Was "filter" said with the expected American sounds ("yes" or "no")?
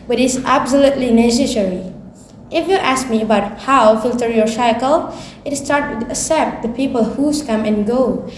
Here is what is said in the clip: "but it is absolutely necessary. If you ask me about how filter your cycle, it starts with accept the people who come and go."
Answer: yes